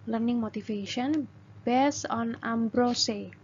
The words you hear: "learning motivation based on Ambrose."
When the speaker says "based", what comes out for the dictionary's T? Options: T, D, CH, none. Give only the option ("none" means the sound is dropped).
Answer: none